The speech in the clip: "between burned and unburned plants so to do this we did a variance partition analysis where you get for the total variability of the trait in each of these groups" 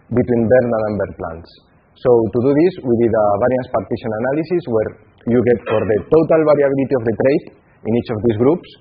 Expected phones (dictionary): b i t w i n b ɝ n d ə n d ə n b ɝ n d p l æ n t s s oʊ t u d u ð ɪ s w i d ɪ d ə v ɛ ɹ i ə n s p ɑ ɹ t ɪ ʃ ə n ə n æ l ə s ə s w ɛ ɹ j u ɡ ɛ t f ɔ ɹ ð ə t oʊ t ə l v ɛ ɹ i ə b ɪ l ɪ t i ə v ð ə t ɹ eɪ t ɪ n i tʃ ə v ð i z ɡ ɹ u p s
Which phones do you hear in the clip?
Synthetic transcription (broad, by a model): b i t w i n b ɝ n ə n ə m b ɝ d p l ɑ n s s oʊ t u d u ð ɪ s w i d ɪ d ə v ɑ ɹ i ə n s p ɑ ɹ t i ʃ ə n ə n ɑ l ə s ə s w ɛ ɹ j u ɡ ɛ t f ɔ ɹ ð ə t oʊ t ə l b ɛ ɹ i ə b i l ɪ t i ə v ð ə t ɹ eɪ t ɪ n i tʃ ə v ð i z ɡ ɹ u p s